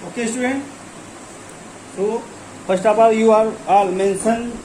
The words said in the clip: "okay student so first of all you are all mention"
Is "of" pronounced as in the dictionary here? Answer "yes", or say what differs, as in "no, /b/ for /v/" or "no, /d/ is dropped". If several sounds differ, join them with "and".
no, /p/ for /v/